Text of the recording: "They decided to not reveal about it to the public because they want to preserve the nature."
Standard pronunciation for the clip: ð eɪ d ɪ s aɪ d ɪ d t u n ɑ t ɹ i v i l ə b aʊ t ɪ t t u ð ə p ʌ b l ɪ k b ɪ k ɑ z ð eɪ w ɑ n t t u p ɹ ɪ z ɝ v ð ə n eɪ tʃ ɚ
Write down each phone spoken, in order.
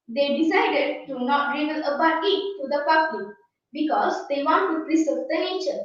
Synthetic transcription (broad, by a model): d eɪ d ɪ s aɪ d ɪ d t u n ɑ t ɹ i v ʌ n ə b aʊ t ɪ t t u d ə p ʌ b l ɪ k b ɪ k ɑ z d eɪ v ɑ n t t u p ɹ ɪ s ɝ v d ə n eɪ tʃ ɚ